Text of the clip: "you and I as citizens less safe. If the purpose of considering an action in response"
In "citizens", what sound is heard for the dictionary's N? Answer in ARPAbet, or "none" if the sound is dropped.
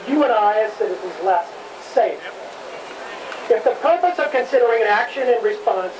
none